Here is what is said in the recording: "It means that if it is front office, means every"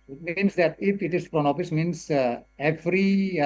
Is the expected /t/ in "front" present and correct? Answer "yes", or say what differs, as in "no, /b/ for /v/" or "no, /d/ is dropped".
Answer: no, /t/ is dropped